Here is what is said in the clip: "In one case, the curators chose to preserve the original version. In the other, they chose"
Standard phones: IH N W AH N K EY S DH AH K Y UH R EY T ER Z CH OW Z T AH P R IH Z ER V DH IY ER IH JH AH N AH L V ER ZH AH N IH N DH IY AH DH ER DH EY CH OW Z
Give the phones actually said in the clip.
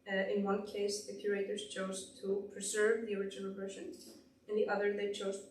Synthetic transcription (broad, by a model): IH N W AH N K EY S DH AH K Y UH R EY T ER Z CH OW Z T AH P R IH Z ER V DH IY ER IH JH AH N L V ER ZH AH N IH N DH IY AH DH ER DH EY CH OW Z